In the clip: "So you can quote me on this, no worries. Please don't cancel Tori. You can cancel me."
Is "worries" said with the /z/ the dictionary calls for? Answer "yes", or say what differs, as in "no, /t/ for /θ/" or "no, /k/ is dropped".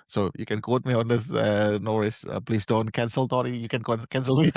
no, /z/ is dropped